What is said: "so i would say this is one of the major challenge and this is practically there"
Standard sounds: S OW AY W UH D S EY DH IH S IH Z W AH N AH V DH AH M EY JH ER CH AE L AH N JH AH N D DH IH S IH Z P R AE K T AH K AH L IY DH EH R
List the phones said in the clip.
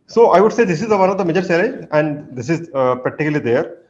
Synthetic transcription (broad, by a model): S OW AY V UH D S EY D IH S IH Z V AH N AH V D AH M EY JH ER S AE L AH AH N D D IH S IH Z P R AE K T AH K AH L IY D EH R